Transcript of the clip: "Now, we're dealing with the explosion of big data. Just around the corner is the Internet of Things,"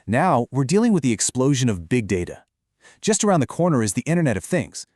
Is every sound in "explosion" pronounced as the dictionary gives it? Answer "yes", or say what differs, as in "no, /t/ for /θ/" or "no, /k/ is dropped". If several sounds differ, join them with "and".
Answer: yes